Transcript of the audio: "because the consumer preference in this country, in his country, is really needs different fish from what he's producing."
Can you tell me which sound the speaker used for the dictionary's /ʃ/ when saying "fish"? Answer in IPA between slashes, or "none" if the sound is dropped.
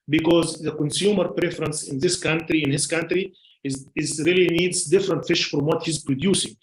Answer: /ʃ/